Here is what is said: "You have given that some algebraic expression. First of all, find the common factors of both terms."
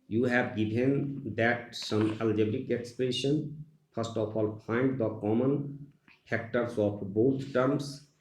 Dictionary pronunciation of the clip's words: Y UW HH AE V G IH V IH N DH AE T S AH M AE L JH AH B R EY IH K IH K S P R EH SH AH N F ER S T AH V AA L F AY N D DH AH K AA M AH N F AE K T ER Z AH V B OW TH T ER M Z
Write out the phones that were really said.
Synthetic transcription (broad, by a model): Y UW HH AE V G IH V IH N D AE T S AH M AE L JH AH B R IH K IH K S P R EH SH AH N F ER S T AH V AA L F AY N D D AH K AA M AH N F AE K T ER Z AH P B OW T T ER M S